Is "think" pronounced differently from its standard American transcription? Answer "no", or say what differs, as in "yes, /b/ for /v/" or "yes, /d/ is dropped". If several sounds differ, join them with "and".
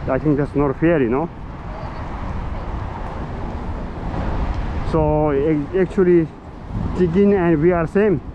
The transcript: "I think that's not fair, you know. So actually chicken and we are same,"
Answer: yes, /t/ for /θ/